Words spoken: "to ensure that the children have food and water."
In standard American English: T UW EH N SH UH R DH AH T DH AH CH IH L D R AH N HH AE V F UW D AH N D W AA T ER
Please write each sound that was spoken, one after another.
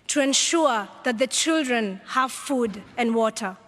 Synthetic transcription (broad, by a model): T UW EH N SH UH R DH AH T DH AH CH IH L D R AH N HH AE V F UW D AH N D W AA T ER